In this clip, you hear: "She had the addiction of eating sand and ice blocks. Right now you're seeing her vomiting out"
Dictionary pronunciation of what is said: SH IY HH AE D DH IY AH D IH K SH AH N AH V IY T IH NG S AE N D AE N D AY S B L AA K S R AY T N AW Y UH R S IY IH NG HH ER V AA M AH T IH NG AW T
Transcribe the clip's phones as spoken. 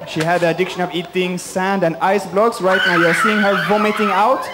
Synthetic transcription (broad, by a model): SH IY HH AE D DH IY AH D IH K SH AH N AH V IY T IH NG S AE N D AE N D AY S B L AA K S R AY T N AW Y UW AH S IY IH NG HH ER V AA M AH T IH NG AW T